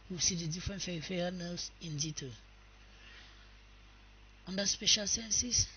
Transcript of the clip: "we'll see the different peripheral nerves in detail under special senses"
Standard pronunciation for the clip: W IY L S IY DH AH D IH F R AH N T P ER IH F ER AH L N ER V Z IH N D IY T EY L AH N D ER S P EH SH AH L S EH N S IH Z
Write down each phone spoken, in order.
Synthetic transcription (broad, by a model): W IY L S IY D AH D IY F R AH N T F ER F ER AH N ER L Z IH N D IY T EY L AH N D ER S P EH SH AH L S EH N S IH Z